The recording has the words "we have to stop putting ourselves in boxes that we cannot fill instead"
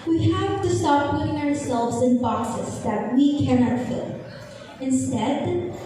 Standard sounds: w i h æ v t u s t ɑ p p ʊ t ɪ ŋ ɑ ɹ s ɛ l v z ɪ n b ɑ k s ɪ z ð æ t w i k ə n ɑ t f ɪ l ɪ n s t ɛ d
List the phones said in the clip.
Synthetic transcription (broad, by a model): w i h æ v t u s t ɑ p p ʊ t ɪ ŋ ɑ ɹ s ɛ l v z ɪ n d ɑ s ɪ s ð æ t w i k ə n ɑ t f ɪ l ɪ n s t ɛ d